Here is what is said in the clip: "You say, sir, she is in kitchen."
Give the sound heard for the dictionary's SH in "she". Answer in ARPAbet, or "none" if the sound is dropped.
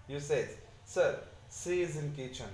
S